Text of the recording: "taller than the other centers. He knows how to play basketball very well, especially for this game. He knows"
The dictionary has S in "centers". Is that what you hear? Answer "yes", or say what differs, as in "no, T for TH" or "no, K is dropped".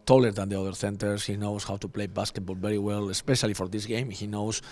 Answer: no, TH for S